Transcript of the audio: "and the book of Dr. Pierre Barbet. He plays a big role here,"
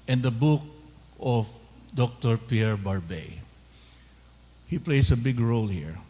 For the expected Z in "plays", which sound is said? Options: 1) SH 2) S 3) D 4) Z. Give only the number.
2